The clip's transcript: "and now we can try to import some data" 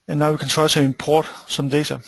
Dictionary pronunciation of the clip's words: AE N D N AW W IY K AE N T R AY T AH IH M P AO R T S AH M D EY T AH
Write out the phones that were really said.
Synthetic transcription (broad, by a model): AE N N AW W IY K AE N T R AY S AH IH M P AO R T S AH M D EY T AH